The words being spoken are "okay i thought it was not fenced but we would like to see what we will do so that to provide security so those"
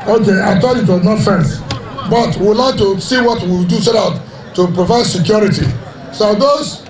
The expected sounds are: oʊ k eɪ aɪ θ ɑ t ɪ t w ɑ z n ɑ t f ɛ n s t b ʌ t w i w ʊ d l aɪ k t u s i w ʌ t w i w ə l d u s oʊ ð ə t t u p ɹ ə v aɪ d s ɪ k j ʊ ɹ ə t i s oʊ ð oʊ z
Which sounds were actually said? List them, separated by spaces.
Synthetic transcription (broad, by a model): oʊ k eɪ aɪ t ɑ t ɪ t w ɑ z n ɑ t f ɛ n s b ʌ t w i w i l aɪ k t u s i w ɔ t w i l d u s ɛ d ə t t u p ɹ ə v aɪ d s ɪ k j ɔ ɹ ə t i s oʊ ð oʊ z